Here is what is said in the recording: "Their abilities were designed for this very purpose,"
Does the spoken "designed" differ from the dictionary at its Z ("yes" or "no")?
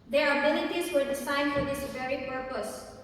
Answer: yes